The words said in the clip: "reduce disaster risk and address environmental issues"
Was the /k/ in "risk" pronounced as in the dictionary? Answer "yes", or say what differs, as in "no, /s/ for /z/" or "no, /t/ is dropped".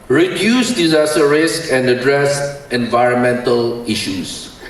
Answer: yes